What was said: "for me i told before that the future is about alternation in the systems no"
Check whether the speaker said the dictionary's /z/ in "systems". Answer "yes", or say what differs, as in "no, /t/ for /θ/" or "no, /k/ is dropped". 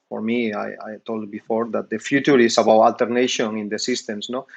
no, /s/ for /z/